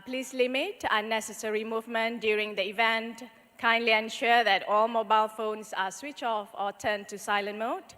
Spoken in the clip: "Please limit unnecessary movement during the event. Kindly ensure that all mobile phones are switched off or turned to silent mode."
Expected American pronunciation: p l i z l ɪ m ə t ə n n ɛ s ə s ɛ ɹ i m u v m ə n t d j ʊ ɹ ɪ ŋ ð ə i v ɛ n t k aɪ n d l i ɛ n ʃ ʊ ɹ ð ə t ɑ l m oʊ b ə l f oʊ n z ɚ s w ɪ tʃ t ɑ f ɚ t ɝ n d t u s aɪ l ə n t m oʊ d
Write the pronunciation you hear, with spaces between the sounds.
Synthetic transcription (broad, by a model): p l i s l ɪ m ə t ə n n ɛ s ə s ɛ ɹ i m u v m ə n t d j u ɹ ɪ ŋ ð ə i v ɛ n t k aɪ n d l i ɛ n ʃ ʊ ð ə t ɑ l m oʊ b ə l f oʊ n s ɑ s w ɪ tʃ ɑ f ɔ t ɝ n t u s aɪ l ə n m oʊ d